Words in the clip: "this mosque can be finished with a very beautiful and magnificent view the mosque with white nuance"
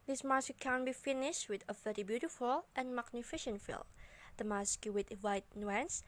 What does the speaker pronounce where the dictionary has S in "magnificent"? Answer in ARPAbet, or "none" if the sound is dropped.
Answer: SH